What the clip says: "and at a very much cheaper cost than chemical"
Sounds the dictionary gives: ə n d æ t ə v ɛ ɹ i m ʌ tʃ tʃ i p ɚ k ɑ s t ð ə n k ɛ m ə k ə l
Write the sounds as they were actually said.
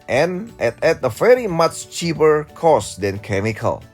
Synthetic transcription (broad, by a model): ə n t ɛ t ə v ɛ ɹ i m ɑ tʃ tʃ i p ɚ k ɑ s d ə n k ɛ m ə k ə l